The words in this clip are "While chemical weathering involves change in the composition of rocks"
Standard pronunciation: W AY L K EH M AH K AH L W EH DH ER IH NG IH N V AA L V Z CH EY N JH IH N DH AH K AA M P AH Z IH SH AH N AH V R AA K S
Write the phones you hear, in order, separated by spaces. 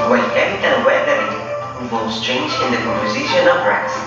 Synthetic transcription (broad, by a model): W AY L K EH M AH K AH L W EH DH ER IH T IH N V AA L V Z CH EY N JH IH N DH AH K AA M P AH Z IH SH AH N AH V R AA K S